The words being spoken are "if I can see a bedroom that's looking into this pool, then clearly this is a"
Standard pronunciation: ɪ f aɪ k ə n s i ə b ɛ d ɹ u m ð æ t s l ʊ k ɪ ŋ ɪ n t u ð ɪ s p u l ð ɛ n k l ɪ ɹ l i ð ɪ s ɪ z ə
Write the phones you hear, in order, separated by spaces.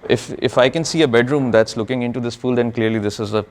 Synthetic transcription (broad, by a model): ɪ f aɪ k ə n s i ə b ɛ d ɹ u m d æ t s l ʊ k ɪ ŋ ɪ n t u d ɪ s f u l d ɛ n k l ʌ ɹ l i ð ɪ s ɪ z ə